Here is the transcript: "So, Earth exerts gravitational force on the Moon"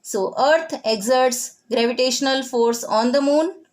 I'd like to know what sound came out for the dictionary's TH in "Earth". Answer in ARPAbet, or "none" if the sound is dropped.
T